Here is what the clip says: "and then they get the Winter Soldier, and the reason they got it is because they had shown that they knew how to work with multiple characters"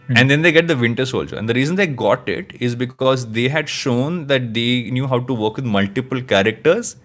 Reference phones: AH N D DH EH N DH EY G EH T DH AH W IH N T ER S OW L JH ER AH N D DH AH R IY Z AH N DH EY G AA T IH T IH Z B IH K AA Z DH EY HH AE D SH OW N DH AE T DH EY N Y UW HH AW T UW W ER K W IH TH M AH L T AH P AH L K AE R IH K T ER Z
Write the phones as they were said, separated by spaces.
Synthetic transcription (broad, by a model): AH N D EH N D EY G EH T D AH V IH N T ER S OW L JH ER AH N D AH R IY Z AH N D EY G AA T IH T IH Z B IH K AA Z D EY HH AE D SH OW N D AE T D EY N Y UW HH AW T UW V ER K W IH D M AH L T AH P AH L K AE R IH K T ER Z